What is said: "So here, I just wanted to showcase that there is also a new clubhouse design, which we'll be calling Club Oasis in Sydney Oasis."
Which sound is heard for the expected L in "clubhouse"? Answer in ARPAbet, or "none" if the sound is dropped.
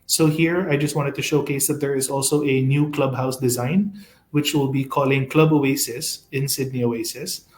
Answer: L